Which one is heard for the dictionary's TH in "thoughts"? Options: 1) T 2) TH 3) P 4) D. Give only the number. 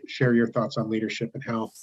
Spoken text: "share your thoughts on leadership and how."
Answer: 2